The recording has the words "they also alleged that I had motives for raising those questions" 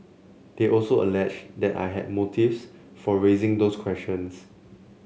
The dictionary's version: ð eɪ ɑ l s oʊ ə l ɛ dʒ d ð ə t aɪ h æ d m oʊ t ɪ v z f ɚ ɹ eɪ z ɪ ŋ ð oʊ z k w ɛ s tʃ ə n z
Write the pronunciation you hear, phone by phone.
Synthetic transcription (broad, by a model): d eɪ ɑ l s oʊ ə l ɛ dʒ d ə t aɪ h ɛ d m oʊ t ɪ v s f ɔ ɹ eɪ z ɪ ŋ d oʊ s k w ɛ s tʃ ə n s